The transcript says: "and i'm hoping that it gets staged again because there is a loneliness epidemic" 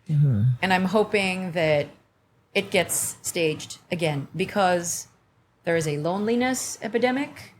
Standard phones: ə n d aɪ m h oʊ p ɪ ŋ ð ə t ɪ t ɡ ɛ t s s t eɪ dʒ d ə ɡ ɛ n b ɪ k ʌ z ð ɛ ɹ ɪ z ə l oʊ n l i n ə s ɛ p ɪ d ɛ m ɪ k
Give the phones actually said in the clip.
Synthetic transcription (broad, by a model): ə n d aɪ m h oʊ p ɪ ŋ ð ə t ɪ t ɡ ɛ t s s t eɪ dʒ d ə ɡ ɛ n b ɪ k ʌ z ð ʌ ɹ ɪ z ə l oʊ n l i n ə s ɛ p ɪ d ɛ m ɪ k